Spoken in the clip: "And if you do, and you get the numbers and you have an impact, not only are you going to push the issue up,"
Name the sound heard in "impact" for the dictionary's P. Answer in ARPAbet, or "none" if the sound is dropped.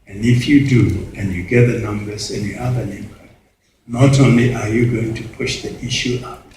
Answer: B